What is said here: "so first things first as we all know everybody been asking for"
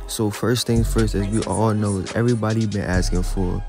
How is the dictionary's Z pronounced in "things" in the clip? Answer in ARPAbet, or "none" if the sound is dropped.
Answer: none